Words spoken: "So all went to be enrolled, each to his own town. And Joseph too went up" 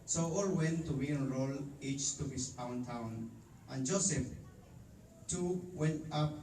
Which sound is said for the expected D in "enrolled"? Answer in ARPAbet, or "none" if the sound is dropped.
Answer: none